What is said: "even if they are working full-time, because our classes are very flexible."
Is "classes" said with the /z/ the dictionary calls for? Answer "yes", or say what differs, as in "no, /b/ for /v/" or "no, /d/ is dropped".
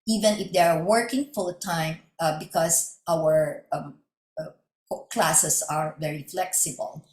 no, /s/ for /z/